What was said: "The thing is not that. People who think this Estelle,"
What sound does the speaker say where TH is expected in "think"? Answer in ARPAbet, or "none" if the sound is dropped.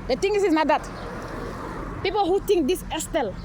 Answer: T